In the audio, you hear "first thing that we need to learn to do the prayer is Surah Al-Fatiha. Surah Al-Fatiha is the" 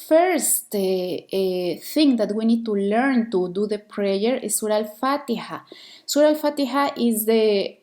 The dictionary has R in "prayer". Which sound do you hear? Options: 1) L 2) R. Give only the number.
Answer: 2